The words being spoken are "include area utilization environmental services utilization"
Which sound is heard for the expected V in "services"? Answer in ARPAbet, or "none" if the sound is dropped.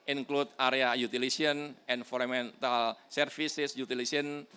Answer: F